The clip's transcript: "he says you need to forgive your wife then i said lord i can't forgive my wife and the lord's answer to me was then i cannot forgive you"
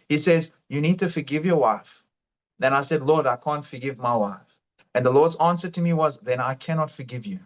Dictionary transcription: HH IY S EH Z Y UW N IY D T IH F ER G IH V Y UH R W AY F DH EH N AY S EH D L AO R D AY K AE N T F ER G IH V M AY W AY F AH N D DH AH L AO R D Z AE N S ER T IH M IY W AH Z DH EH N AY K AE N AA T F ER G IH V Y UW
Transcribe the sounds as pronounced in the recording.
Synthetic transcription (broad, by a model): HH IY S EH Z Y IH N IY D T IH F ER G IH V Y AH R W AY F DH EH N AY S EH D L AO R D AY K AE N T F ER G IH V M AY W AY F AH N DH AH L AO R D Z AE N S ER T IH M IY W AH Z DH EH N AY K AE N AA T F ER G IH V Y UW